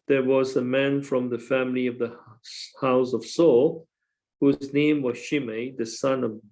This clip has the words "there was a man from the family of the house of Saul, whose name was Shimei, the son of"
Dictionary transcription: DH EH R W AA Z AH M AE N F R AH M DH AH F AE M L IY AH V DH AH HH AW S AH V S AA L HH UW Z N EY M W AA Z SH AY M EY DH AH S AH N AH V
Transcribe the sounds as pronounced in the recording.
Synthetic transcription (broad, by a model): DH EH W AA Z AH M AE N F R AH M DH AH F AE M L IY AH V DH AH HH AW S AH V S AA L HH UW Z N EY M W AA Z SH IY M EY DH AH S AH N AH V